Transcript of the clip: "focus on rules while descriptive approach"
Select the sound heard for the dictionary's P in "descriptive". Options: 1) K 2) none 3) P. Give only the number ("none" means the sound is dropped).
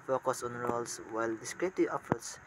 2